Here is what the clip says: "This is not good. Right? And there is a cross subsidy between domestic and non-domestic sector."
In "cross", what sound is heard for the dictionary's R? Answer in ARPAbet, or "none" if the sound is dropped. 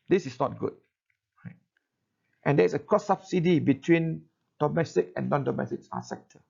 none